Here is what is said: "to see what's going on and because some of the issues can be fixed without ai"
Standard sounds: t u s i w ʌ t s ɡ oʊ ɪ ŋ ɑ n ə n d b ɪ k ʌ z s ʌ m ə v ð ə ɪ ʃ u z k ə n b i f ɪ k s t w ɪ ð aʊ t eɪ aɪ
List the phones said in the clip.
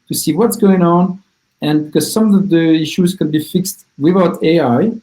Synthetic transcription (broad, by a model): t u s i w ʌ t s ɡ oʊ ɪ ŋ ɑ n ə n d b ɪ k ʌ z s ʌ m ə v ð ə ɪ ʃ u z k ə n b i f ɪ k s t w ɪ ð aʊ t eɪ aɪ